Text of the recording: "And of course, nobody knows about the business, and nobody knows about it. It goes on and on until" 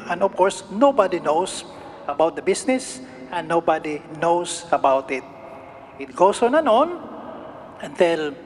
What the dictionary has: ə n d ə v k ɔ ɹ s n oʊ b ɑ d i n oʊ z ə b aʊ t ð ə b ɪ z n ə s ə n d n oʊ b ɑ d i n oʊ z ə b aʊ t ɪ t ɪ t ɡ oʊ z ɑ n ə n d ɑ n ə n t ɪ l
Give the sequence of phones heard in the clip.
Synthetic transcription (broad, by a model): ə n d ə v k ɔ ɹ s n oʊ b ɑ d i n oʊ s ə b aʊ t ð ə b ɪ s n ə s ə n n oʊ b ɑ d i n oʊ s ə b aʊ t ɪ t ɪ t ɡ oʊ s ɑ n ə n ɑ n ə n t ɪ l